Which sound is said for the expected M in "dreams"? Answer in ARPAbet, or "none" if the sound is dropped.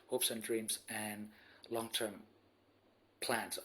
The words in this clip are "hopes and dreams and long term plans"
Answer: M